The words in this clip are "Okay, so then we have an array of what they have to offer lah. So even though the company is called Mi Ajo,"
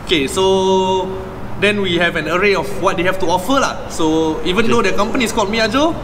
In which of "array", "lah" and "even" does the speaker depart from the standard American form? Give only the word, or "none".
none